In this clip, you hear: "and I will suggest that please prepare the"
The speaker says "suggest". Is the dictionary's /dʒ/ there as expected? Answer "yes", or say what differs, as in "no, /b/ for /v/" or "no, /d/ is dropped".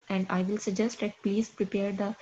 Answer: yes